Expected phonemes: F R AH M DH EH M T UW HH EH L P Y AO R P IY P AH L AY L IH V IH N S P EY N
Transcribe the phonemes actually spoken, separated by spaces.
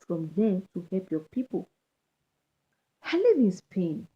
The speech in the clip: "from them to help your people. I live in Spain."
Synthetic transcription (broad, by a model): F R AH M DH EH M T UW HH EH L P Y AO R P IY P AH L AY L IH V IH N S P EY N